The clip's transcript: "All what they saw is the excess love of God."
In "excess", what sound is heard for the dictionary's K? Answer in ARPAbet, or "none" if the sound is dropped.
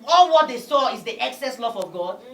K